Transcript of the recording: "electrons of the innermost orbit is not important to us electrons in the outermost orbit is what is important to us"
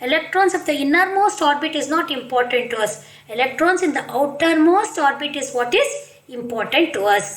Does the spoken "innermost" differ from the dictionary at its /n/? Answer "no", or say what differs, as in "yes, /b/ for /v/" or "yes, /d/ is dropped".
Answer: no